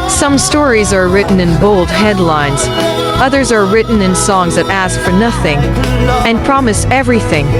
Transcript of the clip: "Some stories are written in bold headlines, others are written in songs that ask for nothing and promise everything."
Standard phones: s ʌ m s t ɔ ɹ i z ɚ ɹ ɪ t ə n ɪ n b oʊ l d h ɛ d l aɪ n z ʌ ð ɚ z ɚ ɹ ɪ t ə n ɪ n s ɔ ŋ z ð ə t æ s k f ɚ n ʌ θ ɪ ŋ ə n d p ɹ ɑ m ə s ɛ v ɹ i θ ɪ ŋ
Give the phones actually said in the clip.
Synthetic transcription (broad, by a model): s ʌ m s t ɔ ɹ i z ɚ ɹ ɪ t n ɪ n b oʊ l d h ɛ d l aɪ n z ʌ ð ɚ z ɚ ɹ ɪ t n ɪ n s ɔ ŋ z ð ə t æ s k f ɚ n ʌ θ ɪ ŋ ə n p ɹ ɑ m ə s ɛ v ɹ i θ ɪ ŋ